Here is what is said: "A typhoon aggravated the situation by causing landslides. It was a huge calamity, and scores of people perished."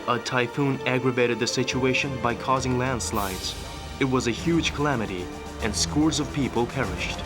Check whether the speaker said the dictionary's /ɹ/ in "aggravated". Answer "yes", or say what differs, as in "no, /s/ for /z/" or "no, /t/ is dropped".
yes